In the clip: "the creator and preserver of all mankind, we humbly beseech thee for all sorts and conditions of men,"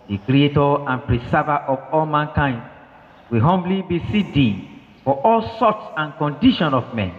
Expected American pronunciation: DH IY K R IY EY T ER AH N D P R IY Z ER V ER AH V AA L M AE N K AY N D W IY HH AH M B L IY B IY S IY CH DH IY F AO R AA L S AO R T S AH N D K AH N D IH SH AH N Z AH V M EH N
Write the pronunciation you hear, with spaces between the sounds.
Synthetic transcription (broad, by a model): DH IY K R IY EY T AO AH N P R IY S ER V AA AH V AA L M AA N K AY N D W IY HH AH M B L IY B IY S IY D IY F AO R AA L S AO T S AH N K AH N D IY SH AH N AH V M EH N